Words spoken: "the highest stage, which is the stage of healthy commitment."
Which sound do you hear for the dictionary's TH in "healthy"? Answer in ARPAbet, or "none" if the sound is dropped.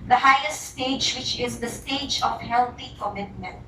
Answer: T